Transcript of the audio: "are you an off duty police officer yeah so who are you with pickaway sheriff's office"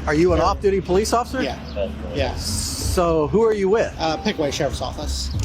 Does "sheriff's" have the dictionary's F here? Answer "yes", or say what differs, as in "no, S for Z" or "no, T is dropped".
no, F is dropped